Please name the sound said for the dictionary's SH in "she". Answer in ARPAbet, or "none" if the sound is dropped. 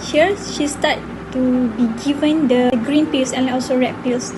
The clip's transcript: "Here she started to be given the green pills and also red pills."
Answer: SH